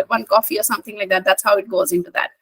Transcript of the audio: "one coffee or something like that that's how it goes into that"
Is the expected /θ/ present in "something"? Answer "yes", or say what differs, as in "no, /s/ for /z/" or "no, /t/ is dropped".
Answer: yes